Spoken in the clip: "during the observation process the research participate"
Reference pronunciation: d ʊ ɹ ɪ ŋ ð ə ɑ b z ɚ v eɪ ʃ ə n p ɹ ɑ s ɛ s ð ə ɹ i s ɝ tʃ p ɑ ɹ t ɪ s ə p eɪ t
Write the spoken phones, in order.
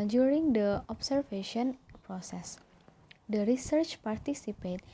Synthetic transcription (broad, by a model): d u ɹ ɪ ŋ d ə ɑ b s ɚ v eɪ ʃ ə n p ɹ ɑ s ɛ s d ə ɹ i s ɝ tʃ p ɑ ɹ t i s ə p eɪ t